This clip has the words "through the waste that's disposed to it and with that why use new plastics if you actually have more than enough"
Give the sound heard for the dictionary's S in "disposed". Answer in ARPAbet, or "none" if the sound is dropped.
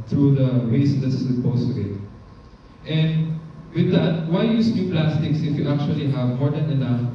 none